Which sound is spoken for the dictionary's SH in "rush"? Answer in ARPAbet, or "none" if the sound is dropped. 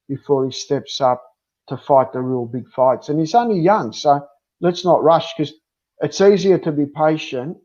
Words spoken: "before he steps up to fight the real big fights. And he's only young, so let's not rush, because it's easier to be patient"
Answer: SH